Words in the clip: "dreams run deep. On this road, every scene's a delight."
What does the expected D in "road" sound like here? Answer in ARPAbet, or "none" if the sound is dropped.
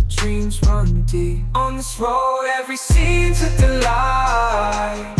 none